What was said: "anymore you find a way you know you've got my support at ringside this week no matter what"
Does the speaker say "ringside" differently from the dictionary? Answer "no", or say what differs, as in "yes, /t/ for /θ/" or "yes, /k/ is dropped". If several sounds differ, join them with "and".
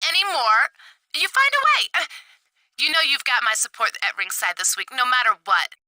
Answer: no